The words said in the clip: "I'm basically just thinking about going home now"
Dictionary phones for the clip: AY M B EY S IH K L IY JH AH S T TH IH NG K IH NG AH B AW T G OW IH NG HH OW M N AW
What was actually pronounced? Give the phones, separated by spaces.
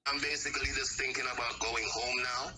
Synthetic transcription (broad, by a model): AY M B EY S IH K L IY JH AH S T TH IH NG K IH NG AH B AW T G OW IH NG HH OW M N AW